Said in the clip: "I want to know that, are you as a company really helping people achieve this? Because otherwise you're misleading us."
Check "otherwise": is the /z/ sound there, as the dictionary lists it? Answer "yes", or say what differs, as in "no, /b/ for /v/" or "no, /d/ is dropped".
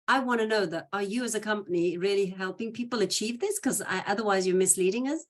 yes